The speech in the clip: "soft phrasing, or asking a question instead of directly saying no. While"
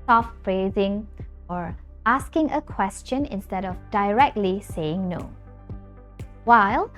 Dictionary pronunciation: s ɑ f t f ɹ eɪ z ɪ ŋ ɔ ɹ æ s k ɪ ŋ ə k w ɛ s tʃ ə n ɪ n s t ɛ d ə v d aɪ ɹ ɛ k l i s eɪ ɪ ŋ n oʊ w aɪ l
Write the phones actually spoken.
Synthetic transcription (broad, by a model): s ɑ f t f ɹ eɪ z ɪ ŋ ɔ ɹ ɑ s k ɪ ŋ ə k w ɛ s tʃ ə n ɪ n s t ɛ d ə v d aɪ ɹ ɛ k l i s eɪ ɪ ŋ n oʊ w aɪ l